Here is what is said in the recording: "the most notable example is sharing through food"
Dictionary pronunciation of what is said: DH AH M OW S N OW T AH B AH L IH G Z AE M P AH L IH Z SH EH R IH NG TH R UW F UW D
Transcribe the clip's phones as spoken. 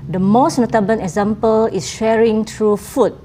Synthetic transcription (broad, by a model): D AH M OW S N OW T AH B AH N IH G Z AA M P AH L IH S SH EH R IH NG T R UW F UW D